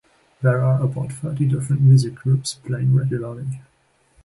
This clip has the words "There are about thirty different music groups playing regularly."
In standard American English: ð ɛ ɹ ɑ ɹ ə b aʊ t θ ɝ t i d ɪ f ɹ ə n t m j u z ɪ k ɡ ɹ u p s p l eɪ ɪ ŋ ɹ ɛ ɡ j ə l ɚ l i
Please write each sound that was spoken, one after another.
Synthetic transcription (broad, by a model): ð ɛ ɹ ɑ ɹ ə b aʊ t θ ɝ t i d ɪ f ɹ ə n t m j u z ɪ k ɡ ɹ u p s p l eɪ ɪ ŋ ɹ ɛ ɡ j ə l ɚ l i